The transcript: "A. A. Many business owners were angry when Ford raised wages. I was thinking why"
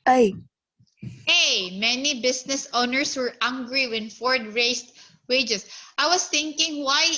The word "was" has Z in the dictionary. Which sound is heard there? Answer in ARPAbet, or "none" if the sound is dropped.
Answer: S